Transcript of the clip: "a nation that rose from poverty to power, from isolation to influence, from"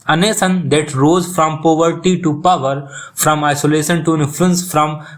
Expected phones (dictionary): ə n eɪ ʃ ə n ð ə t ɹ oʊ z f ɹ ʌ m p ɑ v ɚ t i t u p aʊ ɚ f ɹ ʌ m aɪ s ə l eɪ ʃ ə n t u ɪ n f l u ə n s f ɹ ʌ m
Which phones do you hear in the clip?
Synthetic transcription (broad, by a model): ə n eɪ s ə n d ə t ɹ oʊ z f ɹ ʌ m p ɑ v ɚ t i t u p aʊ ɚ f ɹ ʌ m aɪ s ə l eɪ ʃ ə n t u ɪ n f l u ə n s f ɹ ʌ m